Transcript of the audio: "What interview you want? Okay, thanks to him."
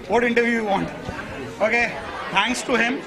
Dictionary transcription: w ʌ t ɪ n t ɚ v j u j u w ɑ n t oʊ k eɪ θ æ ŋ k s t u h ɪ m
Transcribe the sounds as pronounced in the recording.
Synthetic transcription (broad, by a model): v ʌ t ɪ n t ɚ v j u j u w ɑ n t oʊ k eɪ t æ ŋ k s t u h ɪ m